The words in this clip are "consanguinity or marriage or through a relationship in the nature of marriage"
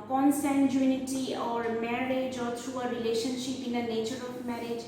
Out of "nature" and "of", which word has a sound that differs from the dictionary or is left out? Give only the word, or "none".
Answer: of